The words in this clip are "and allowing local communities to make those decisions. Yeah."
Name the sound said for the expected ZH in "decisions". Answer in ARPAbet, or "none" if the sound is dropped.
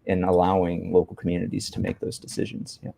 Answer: ZH